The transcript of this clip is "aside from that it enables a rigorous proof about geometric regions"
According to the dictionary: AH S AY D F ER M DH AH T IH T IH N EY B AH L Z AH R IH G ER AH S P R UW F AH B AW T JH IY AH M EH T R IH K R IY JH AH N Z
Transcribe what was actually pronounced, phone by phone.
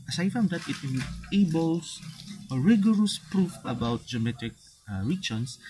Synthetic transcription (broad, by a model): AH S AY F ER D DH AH T IH T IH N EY B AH L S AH R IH G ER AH S P R UW F AH B AW T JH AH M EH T IH K R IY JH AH N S